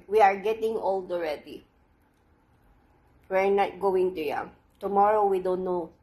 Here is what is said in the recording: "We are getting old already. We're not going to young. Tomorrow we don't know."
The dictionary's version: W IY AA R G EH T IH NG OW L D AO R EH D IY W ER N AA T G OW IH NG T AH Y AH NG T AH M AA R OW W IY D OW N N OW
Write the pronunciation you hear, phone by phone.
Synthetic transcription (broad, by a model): W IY AA R G EH T IH NG OW L D AO R EH D IY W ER N AA T G OW IH NG T AH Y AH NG T AH M AA R OW W IY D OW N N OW